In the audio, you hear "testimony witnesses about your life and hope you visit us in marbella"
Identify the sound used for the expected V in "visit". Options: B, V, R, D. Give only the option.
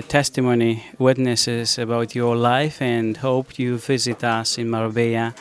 V